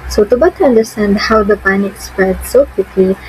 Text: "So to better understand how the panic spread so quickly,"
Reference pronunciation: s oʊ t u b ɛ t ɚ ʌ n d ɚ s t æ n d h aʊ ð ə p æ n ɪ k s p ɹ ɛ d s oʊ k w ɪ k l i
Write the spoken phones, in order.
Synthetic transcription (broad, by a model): s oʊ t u b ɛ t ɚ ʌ n d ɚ s t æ n d h aʊ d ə p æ n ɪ k s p ɛ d s oʊ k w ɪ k l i